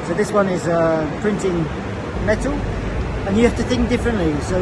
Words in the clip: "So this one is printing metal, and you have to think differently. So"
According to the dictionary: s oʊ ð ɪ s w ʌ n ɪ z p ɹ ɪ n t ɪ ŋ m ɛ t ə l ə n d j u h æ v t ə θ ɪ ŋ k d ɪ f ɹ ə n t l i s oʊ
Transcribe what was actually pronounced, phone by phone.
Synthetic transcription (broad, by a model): s oʊ ð ɪ s w ʌ n ɪ z p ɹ ɪ n t ɪ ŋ m ɛ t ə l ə n j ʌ h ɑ f t ə θ ɪ ŋ k d ɪ f ɹ ə n t l i s oʊ